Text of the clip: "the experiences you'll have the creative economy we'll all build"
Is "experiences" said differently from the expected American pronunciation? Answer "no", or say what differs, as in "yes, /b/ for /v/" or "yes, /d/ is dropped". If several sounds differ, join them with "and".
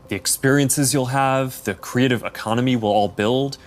no